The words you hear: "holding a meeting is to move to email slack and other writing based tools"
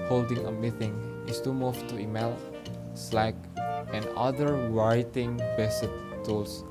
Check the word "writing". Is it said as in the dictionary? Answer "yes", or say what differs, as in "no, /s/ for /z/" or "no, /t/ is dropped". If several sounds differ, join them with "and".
no, /w/ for /ɹ/